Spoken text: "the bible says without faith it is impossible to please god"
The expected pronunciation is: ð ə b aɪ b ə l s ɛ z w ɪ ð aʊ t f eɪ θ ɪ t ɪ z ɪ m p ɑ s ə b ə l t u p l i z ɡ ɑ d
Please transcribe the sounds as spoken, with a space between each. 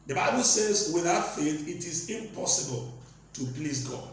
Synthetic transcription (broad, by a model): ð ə b aɪ b ə l s ɛ z w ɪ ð aʊ t f eɪ θ ɪ t ɪ z ɪ m p ɑ s ə b ə l t u p l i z ɡ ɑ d